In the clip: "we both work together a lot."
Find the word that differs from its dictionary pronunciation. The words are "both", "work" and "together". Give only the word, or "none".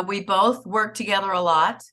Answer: none